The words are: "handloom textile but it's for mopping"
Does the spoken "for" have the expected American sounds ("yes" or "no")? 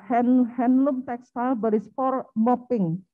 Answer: no